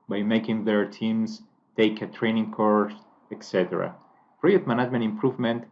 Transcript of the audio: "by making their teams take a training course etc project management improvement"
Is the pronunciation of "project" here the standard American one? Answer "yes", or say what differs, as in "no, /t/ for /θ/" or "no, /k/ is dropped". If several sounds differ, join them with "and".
no, /dʒ/ is dropped and /k/ is dropped